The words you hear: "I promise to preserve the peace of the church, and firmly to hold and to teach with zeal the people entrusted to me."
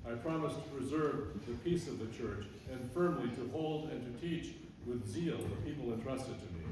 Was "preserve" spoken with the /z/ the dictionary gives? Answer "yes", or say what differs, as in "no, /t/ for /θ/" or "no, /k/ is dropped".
yes